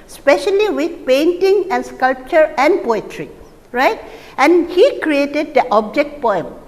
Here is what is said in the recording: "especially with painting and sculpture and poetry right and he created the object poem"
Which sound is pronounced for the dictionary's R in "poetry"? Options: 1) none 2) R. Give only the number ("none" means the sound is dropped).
2